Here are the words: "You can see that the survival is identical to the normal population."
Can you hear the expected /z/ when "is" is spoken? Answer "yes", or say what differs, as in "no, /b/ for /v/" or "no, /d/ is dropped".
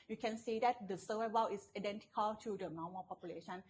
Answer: no, /s/ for /z/